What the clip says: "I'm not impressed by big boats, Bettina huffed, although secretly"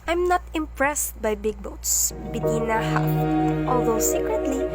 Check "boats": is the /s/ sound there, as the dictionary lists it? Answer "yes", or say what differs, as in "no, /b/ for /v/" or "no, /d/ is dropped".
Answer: yes